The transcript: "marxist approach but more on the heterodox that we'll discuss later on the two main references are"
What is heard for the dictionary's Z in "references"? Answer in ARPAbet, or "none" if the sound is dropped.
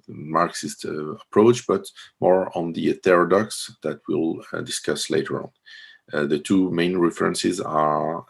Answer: Z